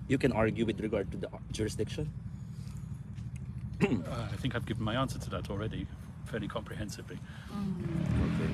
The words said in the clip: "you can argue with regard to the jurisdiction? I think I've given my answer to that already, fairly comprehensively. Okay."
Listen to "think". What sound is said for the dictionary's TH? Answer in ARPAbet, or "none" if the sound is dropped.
TH